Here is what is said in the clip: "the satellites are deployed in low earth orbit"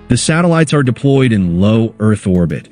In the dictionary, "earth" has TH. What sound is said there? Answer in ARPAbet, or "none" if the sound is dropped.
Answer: TH